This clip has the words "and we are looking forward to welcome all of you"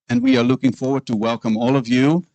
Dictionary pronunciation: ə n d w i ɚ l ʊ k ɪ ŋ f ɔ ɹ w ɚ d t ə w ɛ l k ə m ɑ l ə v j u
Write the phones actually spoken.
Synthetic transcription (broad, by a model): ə n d w i ɚ l ʊ k ɪ ŋ f ɔ ɹ w ɚ d t ə w ɛ l k ə m ɑ l ə v j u